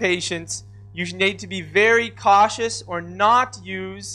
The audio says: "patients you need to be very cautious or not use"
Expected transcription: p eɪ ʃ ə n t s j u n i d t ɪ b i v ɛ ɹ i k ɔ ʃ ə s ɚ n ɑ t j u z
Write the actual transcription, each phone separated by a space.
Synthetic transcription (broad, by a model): eɪ ʃ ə n t s j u n i d t ɪ b i v ɛ ɹ i k ɔ ʃ ə s ɚ n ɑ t j u z